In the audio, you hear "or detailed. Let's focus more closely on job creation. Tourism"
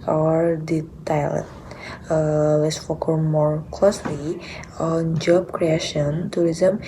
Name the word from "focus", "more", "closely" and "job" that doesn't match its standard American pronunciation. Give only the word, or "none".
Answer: focus